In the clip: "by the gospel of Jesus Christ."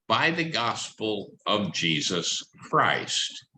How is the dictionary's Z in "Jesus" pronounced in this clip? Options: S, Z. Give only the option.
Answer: Z